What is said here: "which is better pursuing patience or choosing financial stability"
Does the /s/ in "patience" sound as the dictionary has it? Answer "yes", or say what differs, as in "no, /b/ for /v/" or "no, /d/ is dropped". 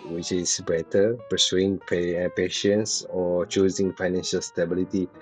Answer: yes